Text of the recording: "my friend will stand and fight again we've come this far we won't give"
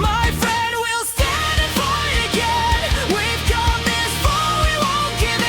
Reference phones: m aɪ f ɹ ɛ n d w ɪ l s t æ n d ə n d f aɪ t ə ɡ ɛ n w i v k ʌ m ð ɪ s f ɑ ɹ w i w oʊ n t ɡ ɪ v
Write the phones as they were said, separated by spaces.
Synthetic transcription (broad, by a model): m aɪ f ɹ ɛ n d w ɪ l s t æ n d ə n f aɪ ə ɡ ɛ n w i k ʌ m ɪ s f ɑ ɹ w i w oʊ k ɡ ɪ